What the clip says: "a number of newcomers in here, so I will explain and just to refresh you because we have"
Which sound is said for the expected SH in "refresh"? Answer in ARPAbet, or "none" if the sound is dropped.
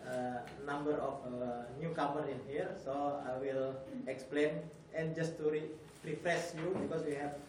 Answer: S